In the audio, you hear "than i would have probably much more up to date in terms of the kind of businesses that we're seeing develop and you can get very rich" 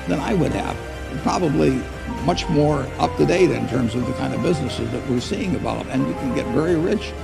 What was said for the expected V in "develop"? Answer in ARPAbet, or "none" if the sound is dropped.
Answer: B